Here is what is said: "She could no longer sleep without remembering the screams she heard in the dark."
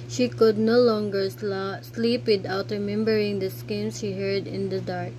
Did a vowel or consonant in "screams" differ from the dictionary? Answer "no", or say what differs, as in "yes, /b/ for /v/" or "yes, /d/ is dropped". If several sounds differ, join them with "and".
yes, /ɹ/ is dropped